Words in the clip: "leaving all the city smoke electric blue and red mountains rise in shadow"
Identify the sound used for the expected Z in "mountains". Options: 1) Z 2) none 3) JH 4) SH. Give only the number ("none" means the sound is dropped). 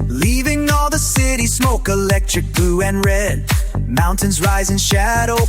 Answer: 1